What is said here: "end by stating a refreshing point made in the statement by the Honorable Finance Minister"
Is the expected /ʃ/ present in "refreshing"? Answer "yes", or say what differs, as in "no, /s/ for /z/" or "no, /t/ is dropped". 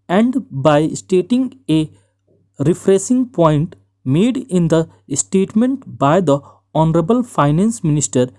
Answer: no, /s/ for /ʃ/